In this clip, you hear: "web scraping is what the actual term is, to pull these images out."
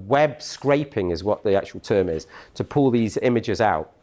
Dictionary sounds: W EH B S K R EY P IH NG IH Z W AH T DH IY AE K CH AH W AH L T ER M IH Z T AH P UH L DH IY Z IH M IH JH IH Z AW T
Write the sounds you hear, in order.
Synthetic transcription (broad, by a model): W EH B S K R EY P IH NG IH Z W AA T DH IY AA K CH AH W AH L T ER M IH Z T AH P UH L DH IY Z IH M IH JH IH Z AW T